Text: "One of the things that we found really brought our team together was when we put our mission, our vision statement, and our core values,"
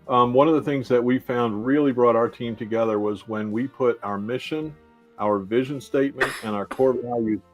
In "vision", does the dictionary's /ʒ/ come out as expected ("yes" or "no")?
yes